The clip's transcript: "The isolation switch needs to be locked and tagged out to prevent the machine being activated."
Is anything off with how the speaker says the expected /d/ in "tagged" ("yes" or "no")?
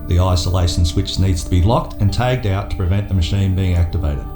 no